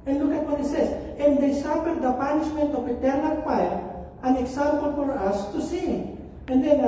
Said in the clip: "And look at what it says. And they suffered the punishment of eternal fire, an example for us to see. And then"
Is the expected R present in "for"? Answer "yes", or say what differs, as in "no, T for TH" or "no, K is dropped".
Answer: yes